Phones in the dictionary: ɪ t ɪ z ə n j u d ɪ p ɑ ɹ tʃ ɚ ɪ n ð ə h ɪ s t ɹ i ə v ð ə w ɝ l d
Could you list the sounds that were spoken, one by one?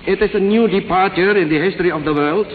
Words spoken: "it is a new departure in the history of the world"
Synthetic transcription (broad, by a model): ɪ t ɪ s ə n j u d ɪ p ɑ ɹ tʃ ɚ ɪ n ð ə h ɪ s t ɹ i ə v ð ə w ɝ l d